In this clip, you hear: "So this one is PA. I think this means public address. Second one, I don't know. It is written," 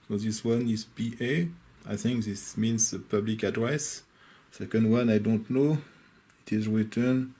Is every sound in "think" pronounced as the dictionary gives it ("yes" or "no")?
yes